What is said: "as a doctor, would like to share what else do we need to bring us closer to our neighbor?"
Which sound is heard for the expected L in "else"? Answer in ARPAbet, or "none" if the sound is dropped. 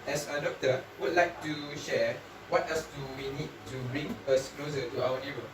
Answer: none